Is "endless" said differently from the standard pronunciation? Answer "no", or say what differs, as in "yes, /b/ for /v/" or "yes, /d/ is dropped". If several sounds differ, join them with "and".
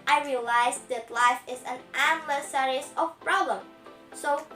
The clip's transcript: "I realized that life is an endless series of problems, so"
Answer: yes, /n/ is dropped